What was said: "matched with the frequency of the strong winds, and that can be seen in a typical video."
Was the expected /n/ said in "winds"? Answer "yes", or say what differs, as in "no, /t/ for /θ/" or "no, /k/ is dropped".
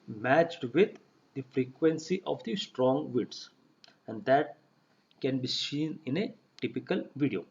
no, /n/ is dropped